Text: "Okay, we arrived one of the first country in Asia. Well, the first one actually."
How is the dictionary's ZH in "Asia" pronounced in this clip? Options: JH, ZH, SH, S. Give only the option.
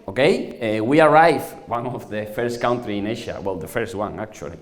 SH